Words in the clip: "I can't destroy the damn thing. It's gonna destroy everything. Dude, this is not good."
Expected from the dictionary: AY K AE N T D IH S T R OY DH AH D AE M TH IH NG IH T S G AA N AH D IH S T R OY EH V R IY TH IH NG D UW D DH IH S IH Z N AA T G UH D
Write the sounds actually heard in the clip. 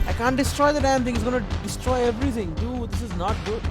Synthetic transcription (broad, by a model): AY K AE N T D IH S T R OY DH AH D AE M T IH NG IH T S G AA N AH D IH S T R OY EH V R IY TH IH NG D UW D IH S IH Z N AA T G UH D